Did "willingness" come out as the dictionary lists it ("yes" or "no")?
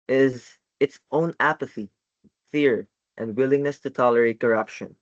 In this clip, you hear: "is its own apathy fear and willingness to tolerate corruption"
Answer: yes